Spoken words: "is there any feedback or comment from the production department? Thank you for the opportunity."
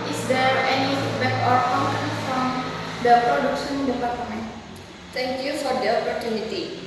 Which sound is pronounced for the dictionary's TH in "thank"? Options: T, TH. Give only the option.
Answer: T